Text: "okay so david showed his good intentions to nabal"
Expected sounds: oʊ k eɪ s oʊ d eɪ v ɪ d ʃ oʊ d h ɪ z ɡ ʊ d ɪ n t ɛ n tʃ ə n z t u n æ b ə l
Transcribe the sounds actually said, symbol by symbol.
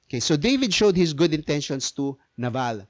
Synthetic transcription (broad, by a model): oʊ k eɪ s oʊ d eɪ v ɪ d ʃ oʊ d h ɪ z ɡ ʊ d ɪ n t ɛ n ʃ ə n s t u n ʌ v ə l